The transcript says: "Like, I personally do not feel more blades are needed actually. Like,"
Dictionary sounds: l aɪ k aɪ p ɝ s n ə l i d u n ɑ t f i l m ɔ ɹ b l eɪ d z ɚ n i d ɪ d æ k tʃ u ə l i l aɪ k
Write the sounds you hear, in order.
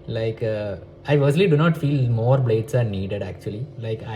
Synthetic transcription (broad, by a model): l aɪ k aɪ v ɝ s ə l i d u n ɑ t f i l m ɔ ɹ b l eɪ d s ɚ n i d ɪ d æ k tʃ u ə l i l aɪ k